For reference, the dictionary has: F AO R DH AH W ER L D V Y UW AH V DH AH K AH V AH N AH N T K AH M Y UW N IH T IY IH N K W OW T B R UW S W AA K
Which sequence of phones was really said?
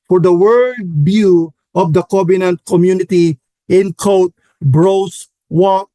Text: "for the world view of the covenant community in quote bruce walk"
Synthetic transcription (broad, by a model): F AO R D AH W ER L D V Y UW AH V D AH K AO B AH N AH N T K AH M Y UW N IH T IY IH N K OW T B R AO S W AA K